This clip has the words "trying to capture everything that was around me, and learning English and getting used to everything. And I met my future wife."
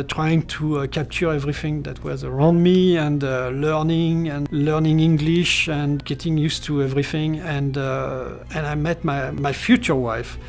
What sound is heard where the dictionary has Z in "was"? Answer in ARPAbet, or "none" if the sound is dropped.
Z